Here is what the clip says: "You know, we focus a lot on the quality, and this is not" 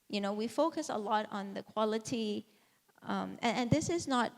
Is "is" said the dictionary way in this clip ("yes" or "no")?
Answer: yes